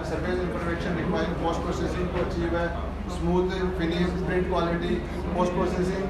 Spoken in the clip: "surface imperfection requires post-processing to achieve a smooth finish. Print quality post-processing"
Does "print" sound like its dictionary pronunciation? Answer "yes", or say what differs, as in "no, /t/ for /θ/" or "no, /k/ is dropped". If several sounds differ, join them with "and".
no, /n/ is dropped